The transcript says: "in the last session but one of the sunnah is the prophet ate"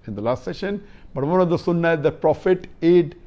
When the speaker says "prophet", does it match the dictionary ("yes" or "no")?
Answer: yes